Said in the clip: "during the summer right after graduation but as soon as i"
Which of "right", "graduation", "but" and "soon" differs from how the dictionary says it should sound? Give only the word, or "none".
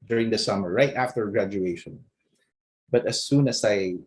none